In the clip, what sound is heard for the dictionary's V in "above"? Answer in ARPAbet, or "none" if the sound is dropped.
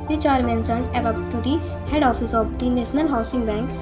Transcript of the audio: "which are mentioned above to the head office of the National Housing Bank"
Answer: B